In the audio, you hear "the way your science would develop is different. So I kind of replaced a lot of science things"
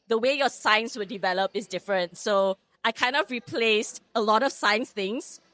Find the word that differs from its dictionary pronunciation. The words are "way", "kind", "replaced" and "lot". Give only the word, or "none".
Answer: none